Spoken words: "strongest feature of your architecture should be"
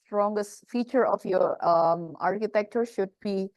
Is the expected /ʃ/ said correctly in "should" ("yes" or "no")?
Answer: yes